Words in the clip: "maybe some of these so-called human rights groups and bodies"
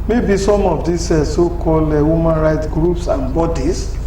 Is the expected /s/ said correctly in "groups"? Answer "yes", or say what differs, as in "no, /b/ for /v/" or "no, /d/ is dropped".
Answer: yes